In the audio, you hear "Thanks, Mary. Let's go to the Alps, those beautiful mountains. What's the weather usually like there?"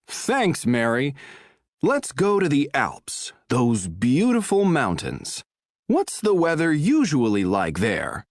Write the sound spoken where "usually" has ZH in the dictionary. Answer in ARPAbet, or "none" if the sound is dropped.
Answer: ZH